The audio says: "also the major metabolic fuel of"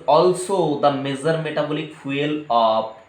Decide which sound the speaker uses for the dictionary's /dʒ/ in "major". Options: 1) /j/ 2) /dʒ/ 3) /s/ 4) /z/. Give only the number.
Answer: 4